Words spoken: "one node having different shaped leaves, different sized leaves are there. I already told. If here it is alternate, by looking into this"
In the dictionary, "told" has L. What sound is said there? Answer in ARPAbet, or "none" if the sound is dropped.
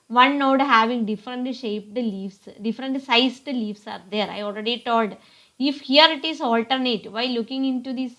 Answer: L